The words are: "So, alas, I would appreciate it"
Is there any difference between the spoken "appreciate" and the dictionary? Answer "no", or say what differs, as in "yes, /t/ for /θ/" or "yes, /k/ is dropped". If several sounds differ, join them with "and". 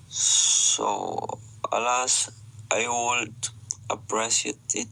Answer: yes, /s/ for /ʃ/